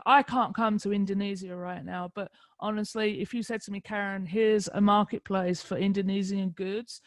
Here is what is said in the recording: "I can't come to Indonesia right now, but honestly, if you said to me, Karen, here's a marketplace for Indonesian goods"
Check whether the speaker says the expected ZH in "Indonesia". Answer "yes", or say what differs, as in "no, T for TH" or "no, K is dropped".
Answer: no, Z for ZH